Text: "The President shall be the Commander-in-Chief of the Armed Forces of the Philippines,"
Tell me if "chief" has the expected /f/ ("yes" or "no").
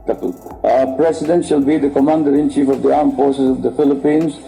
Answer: yes